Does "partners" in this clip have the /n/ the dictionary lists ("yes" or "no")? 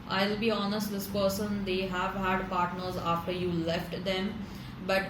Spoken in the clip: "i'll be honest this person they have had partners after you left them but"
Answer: yes